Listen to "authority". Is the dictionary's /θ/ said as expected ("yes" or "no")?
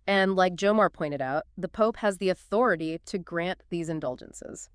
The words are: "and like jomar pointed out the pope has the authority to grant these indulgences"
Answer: yes